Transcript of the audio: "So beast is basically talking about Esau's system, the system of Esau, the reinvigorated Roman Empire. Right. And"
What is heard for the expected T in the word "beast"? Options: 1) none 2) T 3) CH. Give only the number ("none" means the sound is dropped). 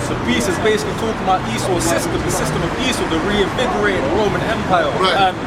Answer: 1